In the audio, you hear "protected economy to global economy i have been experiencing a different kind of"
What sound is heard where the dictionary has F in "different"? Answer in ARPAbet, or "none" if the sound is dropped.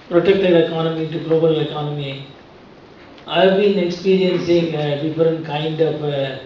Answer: none